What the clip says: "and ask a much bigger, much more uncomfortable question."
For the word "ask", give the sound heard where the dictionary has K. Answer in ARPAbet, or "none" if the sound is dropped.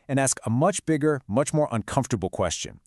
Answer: K